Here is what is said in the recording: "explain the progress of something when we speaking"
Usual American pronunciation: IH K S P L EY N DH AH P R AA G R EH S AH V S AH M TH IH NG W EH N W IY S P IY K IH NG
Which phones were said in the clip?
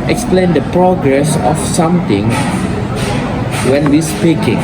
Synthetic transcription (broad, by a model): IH K S P L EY N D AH P R AA G R EH S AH F S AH M T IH NG W EH N W IY S P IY K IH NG